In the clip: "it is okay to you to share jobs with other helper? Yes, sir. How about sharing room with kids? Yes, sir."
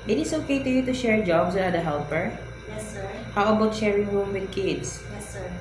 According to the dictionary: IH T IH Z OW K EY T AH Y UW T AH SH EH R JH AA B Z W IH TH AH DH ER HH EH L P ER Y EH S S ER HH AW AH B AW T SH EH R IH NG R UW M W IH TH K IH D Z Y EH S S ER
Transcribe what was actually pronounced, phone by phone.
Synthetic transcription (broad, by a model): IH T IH S OW K EY T AH Y UW T AH SH EH R JH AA B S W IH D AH ER HH EH L P ER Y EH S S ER HH AW AH B AW T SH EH R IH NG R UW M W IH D K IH D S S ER